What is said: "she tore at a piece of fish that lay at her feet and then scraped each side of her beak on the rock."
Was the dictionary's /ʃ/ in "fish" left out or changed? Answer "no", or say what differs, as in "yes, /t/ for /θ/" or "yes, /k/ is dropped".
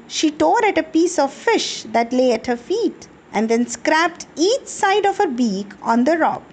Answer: no